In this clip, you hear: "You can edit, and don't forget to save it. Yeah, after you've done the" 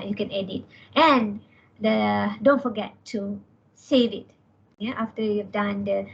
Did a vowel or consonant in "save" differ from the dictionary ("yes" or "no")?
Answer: no